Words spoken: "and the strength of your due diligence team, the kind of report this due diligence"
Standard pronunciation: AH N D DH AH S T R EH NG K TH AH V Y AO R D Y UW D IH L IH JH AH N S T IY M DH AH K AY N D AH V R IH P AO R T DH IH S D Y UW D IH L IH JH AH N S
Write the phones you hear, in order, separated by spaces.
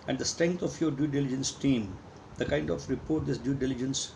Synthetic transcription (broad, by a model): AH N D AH S T R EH NG K T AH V Y AO R D Y UW D IH L IH JH AH N S T IY M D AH K AY N D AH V R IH P AO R T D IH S D Y UW D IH L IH JH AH N S